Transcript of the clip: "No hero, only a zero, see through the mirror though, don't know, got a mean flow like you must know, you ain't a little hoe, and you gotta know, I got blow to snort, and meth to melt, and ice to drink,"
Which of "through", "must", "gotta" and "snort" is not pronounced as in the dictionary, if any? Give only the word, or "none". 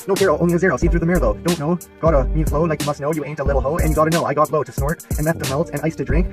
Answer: none